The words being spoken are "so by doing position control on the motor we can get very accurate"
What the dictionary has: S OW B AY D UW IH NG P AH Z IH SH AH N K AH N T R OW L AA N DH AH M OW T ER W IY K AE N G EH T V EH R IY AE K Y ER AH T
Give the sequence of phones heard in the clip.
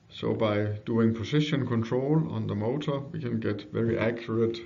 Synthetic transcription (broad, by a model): S OW B AY D UW IH NG P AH S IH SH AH N K AH N T R OW L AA N DH AH M OW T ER W IY K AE N G EH T V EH R IY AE K Y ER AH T